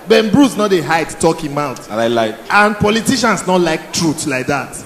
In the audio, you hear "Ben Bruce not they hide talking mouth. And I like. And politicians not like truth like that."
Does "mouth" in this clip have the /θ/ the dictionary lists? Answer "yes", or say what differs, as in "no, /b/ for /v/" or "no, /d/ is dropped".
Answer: no, /t/ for /θ/